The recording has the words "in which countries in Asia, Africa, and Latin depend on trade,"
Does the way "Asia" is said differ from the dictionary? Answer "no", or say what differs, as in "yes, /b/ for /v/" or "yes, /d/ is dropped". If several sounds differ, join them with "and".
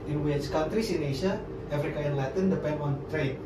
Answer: yes, /s/ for /ʒ/